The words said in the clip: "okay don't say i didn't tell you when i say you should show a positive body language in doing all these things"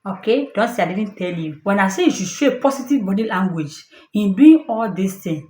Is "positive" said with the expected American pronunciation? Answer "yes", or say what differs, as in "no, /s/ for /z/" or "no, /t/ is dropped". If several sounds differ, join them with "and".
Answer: no, /s/ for /z/